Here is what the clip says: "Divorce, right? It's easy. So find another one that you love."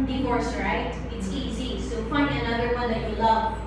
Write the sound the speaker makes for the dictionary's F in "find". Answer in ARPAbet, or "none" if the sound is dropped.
P